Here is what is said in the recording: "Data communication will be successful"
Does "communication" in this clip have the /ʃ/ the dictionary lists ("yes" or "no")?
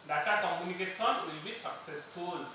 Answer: no